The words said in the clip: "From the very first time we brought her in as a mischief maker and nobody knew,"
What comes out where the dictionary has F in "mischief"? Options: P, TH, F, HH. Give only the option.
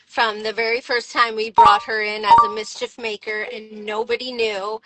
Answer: F